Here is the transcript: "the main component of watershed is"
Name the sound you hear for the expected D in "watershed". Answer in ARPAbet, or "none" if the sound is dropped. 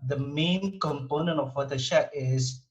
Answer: none